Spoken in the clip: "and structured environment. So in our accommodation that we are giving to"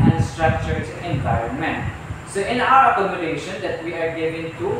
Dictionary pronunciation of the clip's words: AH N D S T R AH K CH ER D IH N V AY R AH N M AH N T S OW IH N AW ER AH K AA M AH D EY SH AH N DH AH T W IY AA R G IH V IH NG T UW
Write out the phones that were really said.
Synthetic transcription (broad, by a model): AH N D S T R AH K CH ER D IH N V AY AH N M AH N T S OW IH N AW ER AH K AA M AH D EY SH AH N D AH T W IY AA R G IH V IH NG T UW